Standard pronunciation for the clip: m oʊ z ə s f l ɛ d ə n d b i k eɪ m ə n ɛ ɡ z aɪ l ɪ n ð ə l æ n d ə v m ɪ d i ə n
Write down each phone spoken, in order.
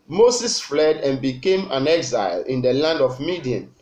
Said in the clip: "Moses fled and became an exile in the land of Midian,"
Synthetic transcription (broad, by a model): m oʊ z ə s f l ɛ d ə n b i k eɪ m ə n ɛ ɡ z aɪ l ɪ n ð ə l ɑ n d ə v m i d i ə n